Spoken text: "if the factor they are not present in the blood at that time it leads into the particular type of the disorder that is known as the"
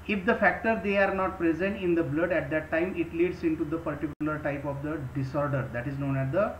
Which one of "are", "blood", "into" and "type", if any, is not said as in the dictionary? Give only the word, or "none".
none